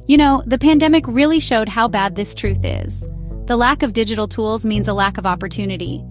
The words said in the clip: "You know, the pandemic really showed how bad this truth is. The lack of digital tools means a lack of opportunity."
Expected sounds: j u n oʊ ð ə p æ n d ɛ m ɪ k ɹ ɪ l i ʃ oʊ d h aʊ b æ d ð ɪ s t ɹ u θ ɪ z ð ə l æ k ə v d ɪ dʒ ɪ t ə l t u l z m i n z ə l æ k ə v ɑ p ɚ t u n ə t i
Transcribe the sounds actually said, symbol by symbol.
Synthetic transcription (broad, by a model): j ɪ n oʊ ð ə p æ n d ɛ m ɪ k ɹ ɪ l i ʃ oʊ d h aʊ b æ d ð ɪ s t ɹ u θ ɪ z ð ə l æ k ə v d ɪ dʒ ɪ t l t u l z m i n z ə l æ k ə v ɑ p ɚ t u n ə t i